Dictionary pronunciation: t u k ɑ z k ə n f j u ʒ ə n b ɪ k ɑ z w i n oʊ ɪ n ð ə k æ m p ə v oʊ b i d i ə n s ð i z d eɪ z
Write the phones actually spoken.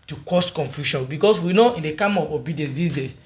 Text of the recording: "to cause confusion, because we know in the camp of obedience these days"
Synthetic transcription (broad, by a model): t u k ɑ s k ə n f j u ʃ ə n b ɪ k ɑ s w i n oʊ ɪ n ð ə k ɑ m ə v oʊ b i d i ə n s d i s d eɪ